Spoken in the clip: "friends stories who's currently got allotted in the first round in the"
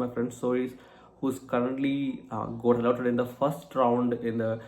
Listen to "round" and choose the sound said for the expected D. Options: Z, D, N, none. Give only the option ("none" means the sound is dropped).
D